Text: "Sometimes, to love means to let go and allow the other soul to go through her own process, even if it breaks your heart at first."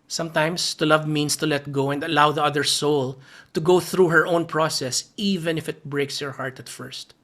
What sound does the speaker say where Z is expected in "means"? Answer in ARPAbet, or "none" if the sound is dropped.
S